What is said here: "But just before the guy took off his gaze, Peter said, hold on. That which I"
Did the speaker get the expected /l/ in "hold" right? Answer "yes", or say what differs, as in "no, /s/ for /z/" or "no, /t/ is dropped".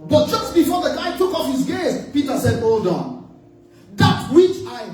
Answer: no, /l/ is dropped